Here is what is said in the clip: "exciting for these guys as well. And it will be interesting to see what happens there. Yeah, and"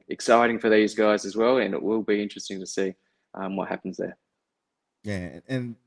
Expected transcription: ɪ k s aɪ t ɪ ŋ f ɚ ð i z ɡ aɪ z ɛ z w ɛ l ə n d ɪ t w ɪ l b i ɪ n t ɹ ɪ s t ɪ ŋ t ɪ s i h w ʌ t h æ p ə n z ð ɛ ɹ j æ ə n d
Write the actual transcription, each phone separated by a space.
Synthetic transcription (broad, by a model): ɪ k s aɪ t ɪ ŋ f ɚ ð i z ɡ aɪ z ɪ z w ɛ l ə n ɪ t w ɪ l b i ɪ n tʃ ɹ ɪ s t ɪ ŋ t ɪ s i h w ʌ t h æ p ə n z ð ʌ ɹ j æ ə n